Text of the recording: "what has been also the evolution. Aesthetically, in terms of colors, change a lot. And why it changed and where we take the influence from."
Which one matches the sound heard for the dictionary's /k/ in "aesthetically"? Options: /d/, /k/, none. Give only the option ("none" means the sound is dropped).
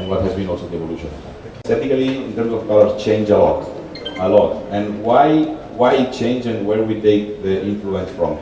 none